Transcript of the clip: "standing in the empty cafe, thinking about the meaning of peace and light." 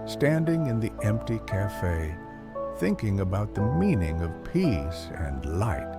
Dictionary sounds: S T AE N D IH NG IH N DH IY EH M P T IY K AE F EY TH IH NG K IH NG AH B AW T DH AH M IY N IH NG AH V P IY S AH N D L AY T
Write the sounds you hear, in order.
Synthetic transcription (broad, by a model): S T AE N D IH NG IH N DH IY EH M P T IY K AE F EY TH IH NG K IH NG AH B AW T DH AH M IY N IH NG AH V P IY S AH N L AY T